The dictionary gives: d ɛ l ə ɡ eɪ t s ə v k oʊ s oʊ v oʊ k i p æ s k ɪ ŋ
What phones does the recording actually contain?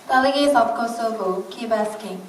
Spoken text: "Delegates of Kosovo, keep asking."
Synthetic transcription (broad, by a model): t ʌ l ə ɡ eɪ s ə b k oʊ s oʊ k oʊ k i b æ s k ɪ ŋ